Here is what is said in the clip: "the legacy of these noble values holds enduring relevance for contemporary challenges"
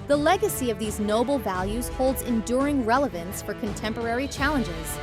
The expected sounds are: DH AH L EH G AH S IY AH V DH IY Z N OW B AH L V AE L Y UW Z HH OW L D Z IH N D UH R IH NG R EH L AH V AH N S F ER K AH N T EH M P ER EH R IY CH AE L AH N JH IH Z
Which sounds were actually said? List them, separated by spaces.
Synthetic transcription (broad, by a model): DH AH L EH G AH S IY AH V DH IY Z N OW B L V AE L Y UW Z HH OW L D Z IH N D UH R IH NG R EH L AH V AH N S F ER K AH N T EH M P ER EH R IY CH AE L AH N JH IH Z